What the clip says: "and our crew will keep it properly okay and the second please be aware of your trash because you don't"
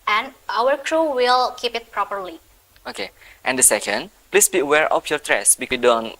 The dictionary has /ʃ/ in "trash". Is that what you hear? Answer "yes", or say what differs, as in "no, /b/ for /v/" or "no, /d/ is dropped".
no, /s/ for /ʃ/